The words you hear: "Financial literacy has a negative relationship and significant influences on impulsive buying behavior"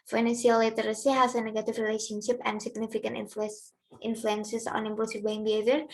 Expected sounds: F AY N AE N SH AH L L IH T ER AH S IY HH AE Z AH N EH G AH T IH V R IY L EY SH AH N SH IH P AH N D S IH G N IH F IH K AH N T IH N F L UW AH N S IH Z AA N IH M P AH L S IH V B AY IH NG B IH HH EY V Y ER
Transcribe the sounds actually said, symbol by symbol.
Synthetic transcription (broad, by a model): F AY N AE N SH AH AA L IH T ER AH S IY HH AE S AH N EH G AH T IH F R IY L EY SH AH N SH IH P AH N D S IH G N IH F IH K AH N T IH N F L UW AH N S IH S AA N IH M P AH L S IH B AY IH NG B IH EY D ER